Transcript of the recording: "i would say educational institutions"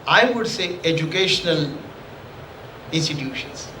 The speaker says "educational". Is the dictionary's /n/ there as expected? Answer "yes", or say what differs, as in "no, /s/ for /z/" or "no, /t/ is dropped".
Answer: yes